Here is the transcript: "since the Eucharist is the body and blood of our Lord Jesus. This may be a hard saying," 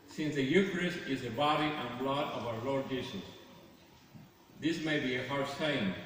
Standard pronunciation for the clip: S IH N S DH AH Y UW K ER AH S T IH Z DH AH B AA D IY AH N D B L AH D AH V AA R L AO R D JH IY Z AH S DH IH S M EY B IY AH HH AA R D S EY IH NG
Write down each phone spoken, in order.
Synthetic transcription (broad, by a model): S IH N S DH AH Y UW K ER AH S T IH Z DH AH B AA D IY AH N B L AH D AH V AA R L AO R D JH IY S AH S DH IH S M EY B IY AH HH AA R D S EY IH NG